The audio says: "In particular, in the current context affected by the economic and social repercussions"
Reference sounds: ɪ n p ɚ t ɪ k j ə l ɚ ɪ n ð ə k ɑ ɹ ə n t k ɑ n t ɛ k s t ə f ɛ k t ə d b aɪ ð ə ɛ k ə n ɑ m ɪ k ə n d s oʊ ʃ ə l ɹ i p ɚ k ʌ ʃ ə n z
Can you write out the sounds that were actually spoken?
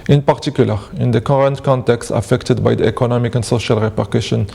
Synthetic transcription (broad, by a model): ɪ n p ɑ t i k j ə l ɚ ɪ n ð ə k ɑ ɹ ə n t k ɑ n t ɛ k s t ə f ɛ k t ə d b aɪ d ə ɛ k ə n ɑ m ɪ k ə n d s oʊ ʃ ə l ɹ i p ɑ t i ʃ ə n